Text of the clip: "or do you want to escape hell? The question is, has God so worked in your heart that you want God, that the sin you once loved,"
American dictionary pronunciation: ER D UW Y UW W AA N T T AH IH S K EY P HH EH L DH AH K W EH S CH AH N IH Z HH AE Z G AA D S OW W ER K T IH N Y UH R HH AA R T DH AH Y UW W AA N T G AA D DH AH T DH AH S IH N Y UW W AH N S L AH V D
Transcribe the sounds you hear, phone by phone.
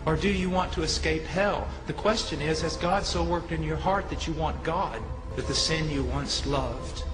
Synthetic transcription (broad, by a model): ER D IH Y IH W AA N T T AH IH S K EY P HH EH L DH AH K W EH S CH AH N IH Z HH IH Z G AA D S OW W ER K T IH N Y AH R HH AA R T DH AH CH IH W AA N G AA D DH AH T DH AH S IH N Y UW W AH N S L AH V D